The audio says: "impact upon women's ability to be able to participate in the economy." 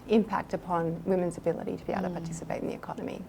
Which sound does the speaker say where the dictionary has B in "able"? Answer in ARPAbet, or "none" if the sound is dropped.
none